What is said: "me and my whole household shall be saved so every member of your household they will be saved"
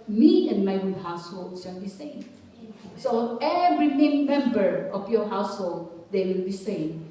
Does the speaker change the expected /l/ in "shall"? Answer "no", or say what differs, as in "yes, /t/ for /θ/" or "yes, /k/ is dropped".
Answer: yes, /n/ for /l/